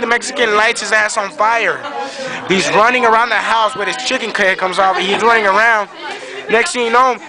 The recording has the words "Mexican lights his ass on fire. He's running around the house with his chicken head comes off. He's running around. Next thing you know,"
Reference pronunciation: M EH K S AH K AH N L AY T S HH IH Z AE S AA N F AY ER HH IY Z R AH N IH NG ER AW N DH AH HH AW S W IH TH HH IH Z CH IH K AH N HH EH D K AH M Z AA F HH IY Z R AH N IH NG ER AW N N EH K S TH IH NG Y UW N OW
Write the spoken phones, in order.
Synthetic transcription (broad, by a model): M EH K S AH K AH N L AY T S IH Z AE S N F AY ER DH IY Z R AH N IH NG ER AW N DH AH HH AW S W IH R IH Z CH IH K AH N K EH K AH M Z AA F HH IY Z R AH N IH NG ER AW N N EH K S T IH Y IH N OW